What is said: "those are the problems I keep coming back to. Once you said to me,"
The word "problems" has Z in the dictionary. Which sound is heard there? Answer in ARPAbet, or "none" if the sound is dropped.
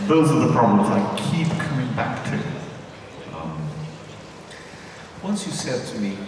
Z